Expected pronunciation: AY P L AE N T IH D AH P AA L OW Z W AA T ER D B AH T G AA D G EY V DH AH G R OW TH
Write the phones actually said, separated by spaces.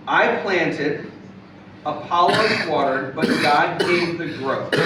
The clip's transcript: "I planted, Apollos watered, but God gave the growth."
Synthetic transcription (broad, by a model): AY P L AE N T IH D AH P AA L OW W AA T ER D B AH T G AA D G EY V DH AH G R OW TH